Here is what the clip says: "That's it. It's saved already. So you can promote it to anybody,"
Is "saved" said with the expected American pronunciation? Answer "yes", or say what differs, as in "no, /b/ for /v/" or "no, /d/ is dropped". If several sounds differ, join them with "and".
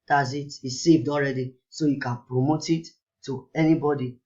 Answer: yes